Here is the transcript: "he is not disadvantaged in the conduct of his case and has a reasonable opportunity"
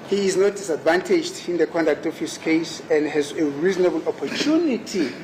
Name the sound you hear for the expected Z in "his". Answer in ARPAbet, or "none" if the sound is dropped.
S